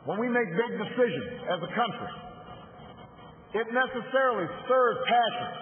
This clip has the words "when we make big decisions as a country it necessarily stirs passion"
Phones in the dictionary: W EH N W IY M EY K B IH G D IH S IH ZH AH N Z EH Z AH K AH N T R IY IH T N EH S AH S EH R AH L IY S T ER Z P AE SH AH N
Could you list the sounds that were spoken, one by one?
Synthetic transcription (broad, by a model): W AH N W IY M EY K B IH G D IH S IH ZH AH N Z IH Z AH K AH N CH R IY IH T N EH S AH S EH R L IY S ER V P AE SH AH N